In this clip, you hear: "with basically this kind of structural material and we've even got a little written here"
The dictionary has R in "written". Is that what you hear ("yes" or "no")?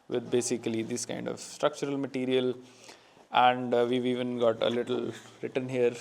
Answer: yes